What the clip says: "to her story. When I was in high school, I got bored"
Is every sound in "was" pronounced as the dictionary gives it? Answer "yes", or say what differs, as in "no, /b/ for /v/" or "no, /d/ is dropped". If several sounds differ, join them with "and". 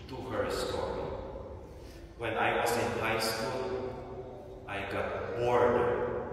no, /s/ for /z/